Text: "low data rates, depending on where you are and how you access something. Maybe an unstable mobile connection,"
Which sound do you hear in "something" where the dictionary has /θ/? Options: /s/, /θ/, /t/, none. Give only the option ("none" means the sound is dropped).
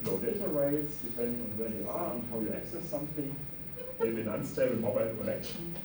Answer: /θ/